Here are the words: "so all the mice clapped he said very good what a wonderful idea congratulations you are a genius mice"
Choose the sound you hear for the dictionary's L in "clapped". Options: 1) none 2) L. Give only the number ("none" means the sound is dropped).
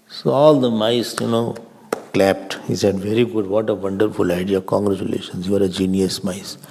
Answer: 2